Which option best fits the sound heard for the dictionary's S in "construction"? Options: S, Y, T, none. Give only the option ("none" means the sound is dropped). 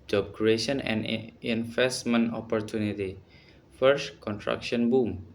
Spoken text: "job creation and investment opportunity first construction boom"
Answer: none